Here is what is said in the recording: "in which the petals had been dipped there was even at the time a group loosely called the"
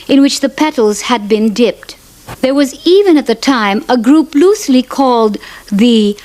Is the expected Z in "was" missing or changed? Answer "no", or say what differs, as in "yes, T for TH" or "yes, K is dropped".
no